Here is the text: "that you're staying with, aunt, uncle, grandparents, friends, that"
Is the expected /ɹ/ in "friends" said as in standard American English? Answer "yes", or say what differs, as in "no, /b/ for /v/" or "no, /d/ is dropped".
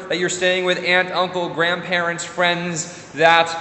yes